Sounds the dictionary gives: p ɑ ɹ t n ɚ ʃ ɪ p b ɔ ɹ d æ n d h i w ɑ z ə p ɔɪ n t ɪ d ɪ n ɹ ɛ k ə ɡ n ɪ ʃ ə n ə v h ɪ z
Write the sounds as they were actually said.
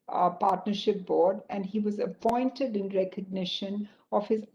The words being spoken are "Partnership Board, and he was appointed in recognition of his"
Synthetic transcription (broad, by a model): p ɑ ɹ t n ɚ ʃ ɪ p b ɔ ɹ d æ n d h i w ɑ z ə p ɔɪ n t ɪ d ɪ n ɹ ɛ k ə ɡ n ɪ ʃ ə n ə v h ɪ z